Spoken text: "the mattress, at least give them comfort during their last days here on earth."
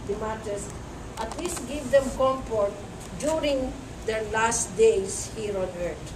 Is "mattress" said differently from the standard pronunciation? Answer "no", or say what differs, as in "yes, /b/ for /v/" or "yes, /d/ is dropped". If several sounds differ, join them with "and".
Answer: yes, /ɹ/ is dropped